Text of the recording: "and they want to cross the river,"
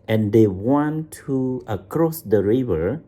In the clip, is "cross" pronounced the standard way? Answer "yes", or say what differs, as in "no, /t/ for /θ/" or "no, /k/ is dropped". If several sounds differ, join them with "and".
yes